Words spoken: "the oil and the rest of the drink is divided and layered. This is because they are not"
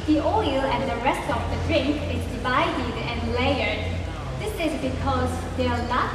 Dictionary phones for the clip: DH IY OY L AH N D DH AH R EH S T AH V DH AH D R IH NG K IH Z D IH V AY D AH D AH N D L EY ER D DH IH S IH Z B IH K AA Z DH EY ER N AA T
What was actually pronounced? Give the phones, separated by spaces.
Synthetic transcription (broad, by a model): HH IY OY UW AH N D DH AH R EH S T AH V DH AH D R IH NG K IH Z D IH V AY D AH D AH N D L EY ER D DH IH S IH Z B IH K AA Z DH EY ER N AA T